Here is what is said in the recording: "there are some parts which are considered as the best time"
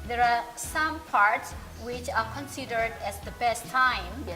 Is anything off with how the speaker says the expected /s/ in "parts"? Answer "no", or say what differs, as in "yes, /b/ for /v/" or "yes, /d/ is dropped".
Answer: no